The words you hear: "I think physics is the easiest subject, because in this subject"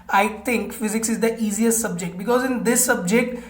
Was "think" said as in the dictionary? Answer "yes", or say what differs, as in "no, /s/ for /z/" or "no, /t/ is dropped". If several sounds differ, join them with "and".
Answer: no, /t/ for /θ/